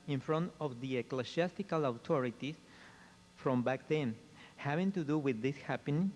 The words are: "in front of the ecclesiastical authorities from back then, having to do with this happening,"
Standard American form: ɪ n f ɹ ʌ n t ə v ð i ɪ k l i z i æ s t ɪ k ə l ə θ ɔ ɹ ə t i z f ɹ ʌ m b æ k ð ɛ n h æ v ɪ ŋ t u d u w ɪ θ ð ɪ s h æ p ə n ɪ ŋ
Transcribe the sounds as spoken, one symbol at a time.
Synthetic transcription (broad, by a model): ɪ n f ɹ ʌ n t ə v ð i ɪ k l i s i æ s t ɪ k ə l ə t ɔ ɹ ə t i s f ɹ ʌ m b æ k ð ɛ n h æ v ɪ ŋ t u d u w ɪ ð ɪ s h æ p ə n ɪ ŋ